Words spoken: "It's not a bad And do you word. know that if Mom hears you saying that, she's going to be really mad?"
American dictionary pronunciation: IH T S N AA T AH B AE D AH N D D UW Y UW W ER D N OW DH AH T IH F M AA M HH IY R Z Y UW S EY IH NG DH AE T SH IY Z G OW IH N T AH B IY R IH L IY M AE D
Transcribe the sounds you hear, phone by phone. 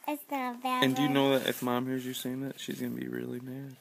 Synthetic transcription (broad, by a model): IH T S AH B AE AH N D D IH Y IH N OW DH AH T IH F M AA M HH IY R Z Y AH S EY IH NG DH AE T SH IY Z G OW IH N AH B IY R IH L IY M AE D